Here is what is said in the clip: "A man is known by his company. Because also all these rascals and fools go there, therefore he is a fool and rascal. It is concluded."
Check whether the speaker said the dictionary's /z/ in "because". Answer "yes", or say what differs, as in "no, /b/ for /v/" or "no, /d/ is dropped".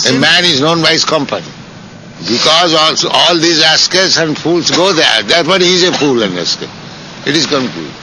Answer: yes